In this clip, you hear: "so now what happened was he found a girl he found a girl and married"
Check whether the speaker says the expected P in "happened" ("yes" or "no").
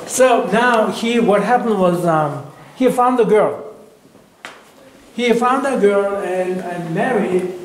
yes